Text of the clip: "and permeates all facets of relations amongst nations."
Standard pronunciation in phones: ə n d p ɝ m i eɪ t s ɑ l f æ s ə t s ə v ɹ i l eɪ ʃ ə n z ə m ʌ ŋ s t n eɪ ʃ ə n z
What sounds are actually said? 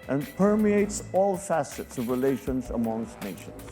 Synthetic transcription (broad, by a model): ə n p ɝ m i eɪ t s ɑ l f æ s ə t s ə v ɹ i l eɪ ʃ ə n z ə m ʌ ŋ s t n eɪ ʃ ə n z